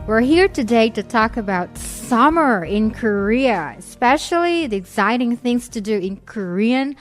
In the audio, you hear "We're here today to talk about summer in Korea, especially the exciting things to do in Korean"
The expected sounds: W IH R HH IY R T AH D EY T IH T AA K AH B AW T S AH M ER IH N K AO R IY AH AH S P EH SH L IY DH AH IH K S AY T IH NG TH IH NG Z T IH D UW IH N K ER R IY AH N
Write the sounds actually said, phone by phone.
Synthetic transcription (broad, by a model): W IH R HH IY R T AH D EY T IH T AA K AH B AW T S AH M ER IH N K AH R IY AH AH S P EH SH L IY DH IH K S AY T IH NG TH IH NG Z T IH D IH IH N K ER R IY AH N